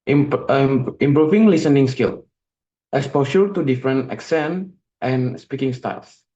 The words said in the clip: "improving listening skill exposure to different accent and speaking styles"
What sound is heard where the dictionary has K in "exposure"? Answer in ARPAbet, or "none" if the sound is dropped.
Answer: none